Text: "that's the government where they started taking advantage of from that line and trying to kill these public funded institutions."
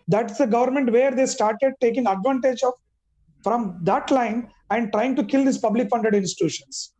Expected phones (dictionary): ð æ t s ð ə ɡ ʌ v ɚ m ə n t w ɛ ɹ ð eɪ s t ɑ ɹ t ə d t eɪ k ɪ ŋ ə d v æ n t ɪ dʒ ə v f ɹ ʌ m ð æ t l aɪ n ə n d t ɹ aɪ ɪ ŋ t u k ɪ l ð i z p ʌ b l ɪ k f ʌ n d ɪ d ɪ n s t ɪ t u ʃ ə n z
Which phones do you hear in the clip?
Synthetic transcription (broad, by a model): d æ t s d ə ɡ ʌ v ɚ m ə n t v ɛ ɹ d eɪ s t ɑ ɹ t ə d t eɪ k ɪ ŋ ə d v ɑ n t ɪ dʒ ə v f ɹ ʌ m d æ t l aɪ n ə n d t ɹ aɪ ɪ ŋ t u k ɪ l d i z p ʌ b l ɪ k f ʌ n d ɪ d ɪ n s t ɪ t u ʃ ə n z